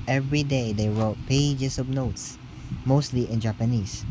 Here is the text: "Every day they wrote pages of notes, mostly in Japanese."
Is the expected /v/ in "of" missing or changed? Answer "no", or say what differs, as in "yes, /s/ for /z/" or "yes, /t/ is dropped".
yes, /b/ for /v/